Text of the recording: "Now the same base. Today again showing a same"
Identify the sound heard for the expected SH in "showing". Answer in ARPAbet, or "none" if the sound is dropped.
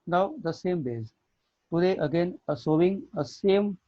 S